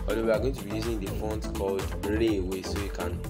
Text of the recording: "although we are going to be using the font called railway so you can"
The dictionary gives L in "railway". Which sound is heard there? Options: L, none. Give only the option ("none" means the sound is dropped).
none